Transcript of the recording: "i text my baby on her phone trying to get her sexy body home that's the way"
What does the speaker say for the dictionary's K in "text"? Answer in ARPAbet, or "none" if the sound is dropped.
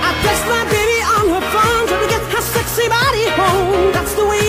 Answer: none